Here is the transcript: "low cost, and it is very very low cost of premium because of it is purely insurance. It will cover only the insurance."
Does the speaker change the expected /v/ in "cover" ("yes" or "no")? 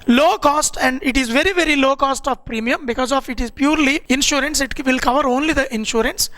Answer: no